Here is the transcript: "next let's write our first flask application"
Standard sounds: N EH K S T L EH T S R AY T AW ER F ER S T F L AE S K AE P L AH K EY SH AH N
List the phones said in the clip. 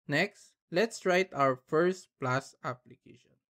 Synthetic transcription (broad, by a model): N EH K S T L EH T S R AY T AW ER F ER S T P L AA S AA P L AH K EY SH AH N